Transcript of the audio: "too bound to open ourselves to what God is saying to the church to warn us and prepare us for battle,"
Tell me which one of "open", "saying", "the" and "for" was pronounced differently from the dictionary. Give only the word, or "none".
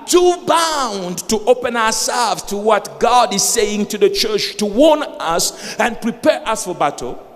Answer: none